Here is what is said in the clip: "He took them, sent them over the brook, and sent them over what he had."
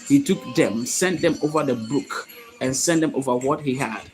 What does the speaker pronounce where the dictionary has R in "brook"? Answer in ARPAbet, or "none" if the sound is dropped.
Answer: none